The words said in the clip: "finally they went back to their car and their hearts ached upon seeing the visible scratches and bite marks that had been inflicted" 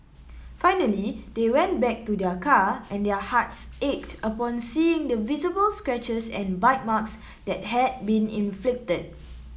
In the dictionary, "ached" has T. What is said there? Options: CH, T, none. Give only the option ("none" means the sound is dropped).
T